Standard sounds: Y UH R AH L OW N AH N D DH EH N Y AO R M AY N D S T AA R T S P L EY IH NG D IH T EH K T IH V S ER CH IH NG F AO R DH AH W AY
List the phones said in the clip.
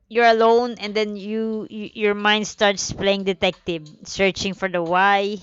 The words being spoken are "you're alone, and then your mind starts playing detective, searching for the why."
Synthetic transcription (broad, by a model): Y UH R AH L OW N AH N D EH N Y AO R M AY N D S T AA R T S P L EY IH NG D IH T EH K T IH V S ER CH IH NG F AO R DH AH W AY